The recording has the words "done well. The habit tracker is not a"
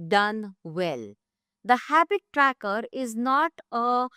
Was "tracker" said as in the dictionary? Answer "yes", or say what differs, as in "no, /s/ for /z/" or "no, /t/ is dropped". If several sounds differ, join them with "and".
yes